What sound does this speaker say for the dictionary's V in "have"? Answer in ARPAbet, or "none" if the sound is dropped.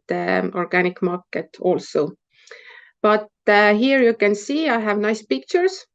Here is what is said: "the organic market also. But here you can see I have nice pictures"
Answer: V